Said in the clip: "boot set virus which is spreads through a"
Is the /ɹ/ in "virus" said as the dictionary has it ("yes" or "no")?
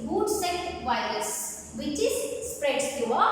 yes